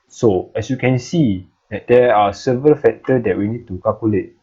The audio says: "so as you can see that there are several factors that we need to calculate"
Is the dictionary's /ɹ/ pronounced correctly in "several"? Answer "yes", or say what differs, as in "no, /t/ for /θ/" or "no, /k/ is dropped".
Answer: yes